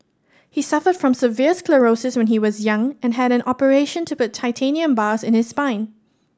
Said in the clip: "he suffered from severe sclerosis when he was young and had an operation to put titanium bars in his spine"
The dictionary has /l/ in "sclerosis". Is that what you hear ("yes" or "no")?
yes